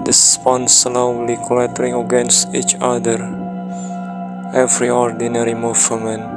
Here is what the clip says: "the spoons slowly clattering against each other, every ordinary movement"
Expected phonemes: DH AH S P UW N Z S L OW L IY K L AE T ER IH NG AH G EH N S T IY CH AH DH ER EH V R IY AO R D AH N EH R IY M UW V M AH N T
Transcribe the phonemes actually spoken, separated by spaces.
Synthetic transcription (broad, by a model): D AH S P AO N S L OW L IY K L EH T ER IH NG AH G EH N S T IY CH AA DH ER EH V R IY AO R D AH N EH R IY M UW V M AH N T